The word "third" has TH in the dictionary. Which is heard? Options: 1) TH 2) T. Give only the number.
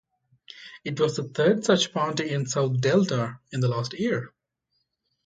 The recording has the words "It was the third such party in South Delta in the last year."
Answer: 2